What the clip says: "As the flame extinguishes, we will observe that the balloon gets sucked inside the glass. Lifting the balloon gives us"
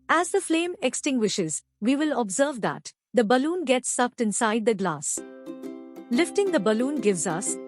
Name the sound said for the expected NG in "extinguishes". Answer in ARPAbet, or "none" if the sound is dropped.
NG